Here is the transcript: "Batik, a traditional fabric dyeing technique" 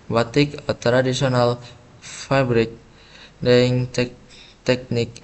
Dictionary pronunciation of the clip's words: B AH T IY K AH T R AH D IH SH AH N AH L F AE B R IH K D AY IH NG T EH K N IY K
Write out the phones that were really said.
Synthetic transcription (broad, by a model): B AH T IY K AH T R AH D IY S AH N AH L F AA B R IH K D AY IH NG T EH K N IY K